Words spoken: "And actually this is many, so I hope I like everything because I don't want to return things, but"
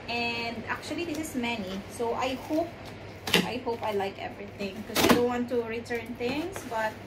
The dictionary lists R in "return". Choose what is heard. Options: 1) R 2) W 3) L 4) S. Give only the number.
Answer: 1